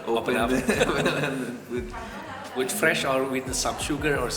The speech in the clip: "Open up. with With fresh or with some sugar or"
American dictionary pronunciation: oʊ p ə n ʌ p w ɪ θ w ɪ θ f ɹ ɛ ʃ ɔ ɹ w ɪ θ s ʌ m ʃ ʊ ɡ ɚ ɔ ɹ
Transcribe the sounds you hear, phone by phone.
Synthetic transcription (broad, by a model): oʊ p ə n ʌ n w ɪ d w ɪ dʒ f ɹ ɛ ʃ ɔ ɹ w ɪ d s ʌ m ʃ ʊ ɡ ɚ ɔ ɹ